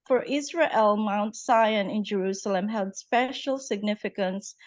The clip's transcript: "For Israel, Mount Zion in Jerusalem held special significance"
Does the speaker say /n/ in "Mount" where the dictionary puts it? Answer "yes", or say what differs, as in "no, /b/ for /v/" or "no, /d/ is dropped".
yes